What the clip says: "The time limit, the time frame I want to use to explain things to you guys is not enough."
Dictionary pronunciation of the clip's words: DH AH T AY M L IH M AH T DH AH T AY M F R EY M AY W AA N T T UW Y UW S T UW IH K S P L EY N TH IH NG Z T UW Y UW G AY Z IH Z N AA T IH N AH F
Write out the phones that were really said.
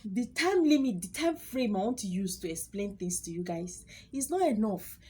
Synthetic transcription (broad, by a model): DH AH T AY M L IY M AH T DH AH T AY M F R EY M AY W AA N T T UW Y UW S T UW IH K S P L EY N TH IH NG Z T UW Y UW G AY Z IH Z N AA T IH N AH F